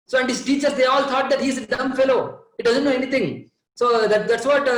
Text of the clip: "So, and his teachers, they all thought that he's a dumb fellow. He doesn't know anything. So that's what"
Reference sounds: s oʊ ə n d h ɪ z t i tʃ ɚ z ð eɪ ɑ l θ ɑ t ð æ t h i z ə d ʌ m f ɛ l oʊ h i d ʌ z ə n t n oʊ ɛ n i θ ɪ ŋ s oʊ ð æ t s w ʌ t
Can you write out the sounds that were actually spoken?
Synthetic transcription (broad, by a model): s oʊ ə n d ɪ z t i tʃ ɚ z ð eɪ ɑ l t ɑ t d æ t h i z ə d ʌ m f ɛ l oʊ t d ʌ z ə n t n oʊ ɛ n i t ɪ ŋ s oʊ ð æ t s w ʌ t